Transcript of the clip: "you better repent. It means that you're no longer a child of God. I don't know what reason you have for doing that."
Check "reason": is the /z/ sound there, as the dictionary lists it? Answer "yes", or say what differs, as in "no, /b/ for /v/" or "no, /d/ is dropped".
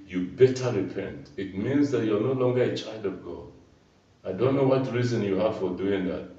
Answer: yes